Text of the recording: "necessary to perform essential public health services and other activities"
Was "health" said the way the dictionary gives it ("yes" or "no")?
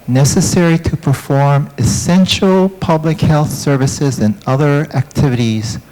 yes